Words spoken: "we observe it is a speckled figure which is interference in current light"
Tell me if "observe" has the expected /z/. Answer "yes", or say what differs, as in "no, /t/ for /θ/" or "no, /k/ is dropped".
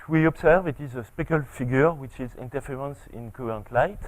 no, /s/ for /z/